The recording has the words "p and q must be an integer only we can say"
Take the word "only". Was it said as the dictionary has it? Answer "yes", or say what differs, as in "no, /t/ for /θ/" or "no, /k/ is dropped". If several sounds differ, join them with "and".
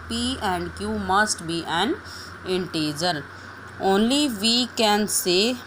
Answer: yes